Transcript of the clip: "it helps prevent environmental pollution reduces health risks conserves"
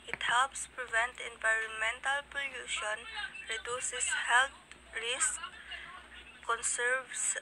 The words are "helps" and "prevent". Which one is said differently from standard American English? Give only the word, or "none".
none